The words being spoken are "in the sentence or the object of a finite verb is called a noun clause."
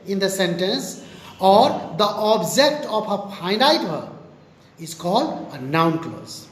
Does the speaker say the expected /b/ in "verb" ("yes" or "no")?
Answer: no